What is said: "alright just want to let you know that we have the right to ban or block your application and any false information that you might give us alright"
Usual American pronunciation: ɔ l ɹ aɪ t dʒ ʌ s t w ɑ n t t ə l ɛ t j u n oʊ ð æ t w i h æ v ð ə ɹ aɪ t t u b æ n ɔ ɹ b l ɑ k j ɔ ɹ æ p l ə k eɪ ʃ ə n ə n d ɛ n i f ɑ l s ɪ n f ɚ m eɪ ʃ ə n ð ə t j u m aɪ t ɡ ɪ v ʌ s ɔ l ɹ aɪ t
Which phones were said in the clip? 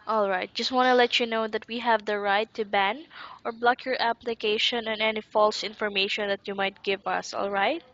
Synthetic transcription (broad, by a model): ɔ l ɹ aɪ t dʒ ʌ s t w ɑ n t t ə l ɛ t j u n oʊ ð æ t w i h æ v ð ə ɹ aɪ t t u b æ n ɔ ɹ b l ɑ k j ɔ ɹ æ p l ə k eɪ ʃ ə n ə n ɛ n i f ɑ l s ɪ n f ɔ m eɪ ʃ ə n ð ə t j u m aɪ t ɡ ɪ v ʌ s ɔ l ɹ aɪ t